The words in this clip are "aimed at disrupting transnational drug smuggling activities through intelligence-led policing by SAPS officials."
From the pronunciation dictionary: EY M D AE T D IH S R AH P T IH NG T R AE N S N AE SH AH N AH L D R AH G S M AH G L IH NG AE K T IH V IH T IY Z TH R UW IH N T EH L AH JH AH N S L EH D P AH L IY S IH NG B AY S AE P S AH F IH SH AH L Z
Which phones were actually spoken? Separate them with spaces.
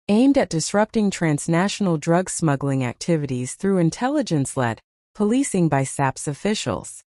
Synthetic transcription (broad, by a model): EY M D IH T D IH S R AH P T IH NG T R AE N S N AE SH N L D R AH G S M AH G L IH NG AE K T IH V IH T IY Z TH R UW IH N T EH L AH JH AH N S L EH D P AH L IY S IH NG B AY S AE P S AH F IH SH L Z